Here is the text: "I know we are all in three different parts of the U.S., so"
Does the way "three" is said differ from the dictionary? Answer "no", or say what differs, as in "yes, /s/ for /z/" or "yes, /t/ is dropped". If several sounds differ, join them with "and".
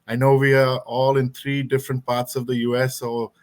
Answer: yes, /t/ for /θ/